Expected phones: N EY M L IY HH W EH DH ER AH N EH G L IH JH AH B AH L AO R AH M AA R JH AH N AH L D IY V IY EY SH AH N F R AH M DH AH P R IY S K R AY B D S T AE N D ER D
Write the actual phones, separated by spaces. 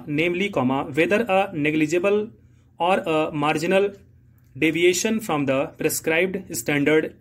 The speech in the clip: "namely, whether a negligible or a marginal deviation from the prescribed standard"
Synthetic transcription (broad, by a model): N EY M L IY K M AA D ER AH N EH G L IH JH AH B AH L AO R AH M AA R JH AH N AH L D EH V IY EY SH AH N F R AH M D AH P R IY S K R AY B D S T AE N D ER D